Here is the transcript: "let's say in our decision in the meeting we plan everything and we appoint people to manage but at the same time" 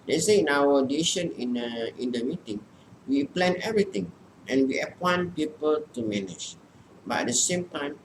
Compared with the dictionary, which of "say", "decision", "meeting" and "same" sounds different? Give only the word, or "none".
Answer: decision